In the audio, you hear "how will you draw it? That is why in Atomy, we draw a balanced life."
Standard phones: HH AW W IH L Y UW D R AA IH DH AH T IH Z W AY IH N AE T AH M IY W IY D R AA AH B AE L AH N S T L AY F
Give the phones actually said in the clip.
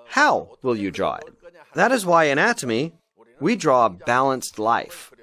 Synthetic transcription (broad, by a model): HH AW W IH L Y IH D R AA IH DH AH T IH Z W AY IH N AE T AH M IY W IY D R AA AH B AE L AH N S T L AY F